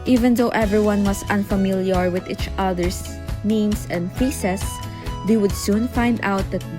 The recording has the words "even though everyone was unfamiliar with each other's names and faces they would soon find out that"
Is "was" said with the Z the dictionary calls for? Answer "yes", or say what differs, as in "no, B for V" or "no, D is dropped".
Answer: no, S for Z